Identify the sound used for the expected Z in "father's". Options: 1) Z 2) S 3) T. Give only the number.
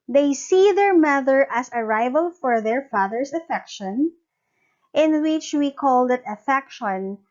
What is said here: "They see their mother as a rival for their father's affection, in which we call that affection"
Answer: 2